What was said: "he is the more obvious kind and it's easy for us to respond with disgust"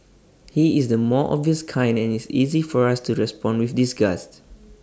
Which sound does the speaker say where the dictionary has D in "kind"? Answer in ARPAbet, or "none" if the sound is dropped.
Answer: D